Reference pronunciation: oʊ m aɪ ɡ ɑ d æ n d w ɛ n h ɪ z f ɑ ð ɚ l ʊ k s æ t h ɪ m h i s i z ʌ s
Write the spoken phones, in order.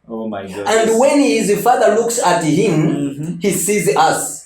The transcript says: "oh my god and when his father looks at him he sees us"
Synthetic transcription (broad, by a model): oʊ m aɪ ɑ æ n d w ɛ n h ɪ z f ɑ ð ɚ l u k s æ t h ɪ m h i s i z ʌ s